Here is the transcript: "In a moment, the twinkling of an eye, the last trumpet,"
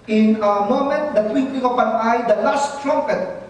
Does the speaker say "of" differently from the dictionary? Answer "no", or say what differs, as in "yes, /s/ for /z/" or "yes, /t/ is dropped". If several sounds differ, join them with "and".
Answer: yes, /p/ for /v/